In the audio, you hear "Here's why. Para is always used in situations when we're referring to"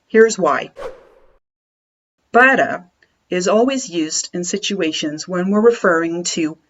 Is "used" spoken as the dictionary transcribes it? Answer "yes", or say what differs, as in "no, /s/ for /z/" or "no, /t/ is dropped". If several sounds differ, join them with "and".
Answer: yes